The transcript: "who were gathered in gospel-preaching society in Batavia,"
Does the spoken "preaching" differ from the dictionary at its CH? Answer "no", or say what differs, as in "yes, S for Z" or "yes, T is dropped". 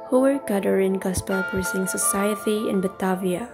yes, S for CH